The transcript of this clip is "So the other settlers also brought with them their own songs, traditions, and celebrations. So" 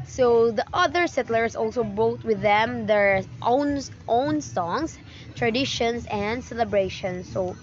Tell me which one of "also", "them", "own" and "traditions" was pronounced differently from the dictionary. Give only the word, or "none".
traditions